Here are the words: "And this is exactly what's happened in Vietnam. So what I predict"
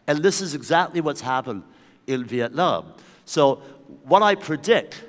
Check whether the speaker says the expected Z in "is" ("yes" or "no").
yes